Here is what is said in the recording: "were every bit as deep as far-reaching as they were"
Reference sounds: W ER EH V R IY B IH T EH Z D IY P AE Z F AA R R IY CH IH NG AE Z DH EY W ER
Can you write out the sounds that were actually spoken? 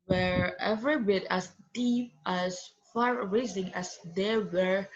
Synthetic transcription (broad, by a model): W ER EH V R IY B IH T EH S D IY P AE S F AA R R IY S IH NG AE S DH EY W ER